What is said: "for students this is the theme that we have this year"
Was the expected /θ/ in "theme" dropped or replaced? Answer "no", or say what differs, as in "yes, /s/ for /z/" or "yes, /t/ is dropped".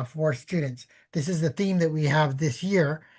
no